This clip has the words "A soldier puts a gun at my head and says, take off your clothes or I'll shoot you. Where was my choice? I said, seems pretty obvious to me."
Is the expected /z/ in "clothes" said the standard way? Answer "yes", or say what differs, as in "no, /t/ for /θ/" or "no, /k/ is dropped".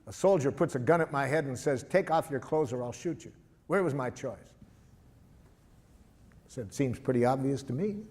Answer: yes